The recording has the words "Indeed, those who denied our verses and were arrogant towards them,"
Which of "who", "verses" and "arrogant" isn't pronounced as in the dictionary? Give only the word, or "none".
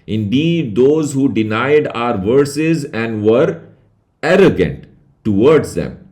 none